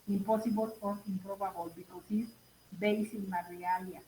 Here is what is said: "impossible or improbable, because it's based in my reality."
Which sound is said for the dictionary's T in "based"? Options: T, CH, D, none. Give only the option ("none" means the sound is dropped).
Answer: none